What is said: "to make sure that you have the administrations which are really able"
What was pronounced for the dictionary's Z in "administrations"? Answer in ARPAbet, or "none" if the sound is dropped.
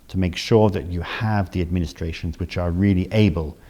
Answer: Z